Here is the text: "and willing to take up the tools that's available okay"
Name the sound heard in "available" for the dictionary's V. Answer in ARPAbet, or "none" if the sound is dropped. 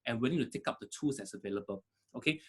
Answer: V